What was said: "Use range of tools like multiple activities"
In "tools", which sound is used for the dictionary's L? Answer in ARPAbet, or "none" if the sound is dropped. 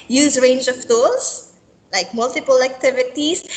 none